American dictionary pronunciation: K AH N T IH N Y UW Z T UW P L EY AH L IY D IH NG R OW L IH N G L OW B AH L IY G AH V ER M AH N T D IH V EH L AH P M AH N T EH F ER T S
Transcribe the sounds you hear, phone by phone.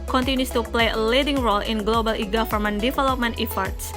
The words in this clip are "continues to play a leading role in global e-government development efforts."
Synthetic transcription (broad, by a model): K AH N T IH N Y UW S T UW P L EY AH L IY D IH NG R OW L IH N G L OW B AH L IY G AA F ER M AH N D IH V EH L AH P M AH N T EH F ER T S